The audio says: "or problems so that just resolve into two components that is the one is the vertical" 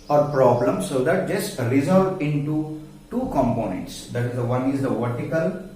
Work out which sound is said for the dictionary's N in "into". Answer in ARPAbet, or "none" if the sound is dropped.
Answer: N